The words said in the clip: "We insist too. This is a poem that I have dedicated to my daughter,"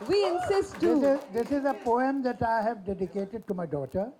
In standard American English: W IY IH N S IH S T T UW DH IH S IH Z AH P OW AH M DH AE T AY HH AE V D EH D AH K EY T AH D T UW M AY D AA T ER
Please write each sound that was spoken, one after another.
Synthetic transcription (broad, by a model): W IY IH N S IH S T S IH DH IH S IH Z AH P OW AH M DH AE T AY HH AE V D EH D AH K EY T AH D T UW M AY D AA T ER